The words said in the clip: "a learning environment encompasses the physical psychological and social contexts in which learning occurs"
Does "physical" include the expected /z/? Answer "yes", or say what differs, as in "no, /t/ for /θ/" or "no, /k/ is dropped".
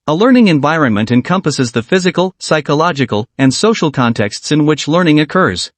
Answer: yes